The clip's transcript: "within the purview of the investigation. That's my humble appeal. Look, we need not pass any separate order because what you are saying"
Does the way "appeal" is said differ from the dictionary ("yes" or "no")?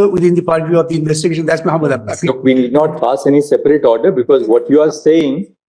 yes